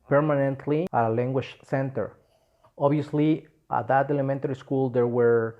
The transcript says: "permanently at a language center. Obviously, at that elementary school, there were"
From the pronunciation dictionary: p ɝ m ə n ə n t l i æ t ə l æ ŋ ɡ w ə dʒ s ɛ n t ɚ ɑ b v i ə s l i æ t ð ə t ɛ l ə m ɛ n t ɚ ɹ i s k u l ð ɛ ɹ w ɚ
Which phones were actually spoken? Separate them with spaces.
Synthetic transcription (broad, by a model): p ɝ m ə n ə n t l i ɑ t ə l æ ŋ ɡ w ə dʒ s ɛ n t ɚ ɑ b i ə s l i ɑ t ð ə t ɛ l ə m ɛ n t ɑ ɹ i s k u l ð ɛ ɹ w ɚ